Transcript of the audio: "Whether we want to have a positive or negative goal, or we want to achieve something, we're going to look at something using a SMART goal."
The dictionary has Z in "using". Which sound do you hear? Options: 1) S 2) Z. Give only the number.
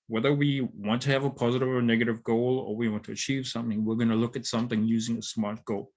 2